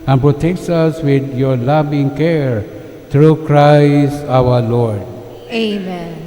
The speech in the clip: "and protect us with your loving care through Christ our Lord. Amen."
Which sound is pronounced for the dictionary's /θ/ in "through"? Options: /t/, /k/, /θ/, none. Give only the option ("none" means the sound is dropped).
/t/